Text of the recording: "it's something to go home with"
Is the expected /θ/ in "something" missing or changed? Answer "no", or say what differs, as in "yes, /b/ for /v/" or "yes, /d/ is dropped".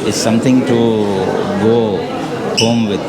yes, /t/ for /θ/